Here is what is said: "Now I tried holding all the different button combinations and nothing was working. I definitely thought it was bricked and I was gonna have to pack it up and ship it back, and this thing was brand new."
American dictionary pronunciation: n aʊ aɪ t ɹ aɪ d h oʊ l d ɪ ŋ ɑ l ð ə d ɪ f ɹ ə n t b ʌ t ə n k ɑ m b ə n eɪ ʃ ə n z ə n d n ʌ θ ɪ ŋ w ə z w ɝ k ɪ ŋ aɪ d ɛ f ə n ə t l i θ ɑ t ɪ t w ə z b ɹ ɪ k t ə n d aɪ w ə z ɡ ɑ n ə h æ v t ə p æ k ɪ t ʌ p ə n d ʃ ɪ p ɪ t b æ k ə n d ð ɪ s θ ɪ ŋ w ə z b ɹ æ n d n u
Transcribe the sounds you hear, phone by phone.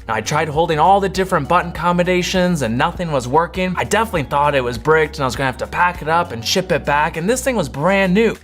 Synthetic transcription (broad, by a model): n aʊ aɪ t ɹ aɪ d h oʊ l d ɪ ŋ ɑ l ð ə d ɪ f ɹ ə n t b ʌ t n k ɑ m ə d eɪ ʃ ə n z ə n n ʌ θ ɪ ŋ w ə z w ɝ k ɪ ŋ aɪ d ɛ f ə n ə t l i θ ɑ t ɪ t w ə z b ɹ ɪ k t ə n aɪ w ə z ɡ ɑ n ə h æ f t ə p æ k ɪ t ʌ p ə n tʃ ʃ ɪ p ɪ t b æ k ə n ð ɪ s θ ɪ ŋ w ə z b ɹ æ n n u